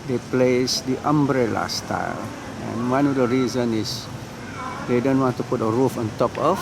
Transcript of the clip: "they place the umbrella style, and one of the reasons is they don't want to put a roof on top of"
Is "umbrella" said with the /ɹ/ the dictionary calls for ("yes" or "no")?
yes